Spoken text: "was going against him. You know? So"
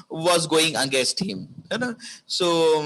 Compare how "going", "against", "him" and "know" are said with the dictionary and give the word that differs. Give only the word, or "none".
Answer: against